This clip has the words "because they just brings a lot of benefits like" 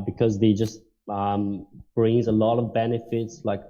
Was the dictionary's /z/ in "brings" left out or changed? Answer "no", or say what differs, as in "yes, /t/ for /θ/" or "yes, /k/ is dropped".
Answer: no